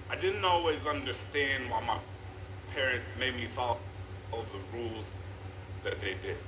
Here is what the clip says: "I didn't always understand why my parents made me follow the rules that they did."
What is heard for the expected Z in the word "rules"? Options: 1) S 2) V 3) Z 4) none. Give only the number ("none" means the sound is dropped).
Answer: 3